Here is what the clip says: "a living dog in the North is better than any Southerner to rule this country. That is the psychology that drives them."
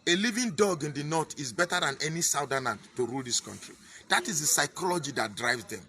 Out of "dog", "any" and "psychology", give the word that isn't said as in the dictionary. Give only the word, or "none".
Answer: none